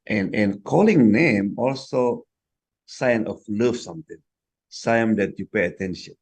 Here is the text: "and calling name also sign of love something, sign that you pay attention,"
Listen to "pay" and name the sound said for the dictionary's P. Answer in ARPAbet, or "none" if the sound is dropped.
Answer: P